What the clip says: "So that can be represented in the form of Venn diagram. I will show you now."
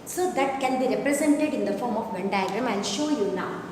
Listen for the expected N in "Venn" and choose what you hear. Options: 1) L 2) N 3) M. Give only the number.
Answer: 2